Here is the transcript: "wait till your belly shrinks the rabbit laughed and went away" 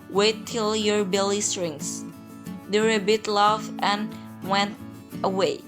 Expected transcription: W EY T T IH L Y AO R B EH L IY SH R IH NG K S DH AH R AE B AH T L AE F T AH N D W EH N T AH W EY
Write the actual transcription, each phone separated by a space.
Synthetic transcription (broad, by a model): W EY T T IH L Y AO R B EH L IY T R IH NG S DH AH R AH B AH T L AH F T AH N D W EH N T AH W EY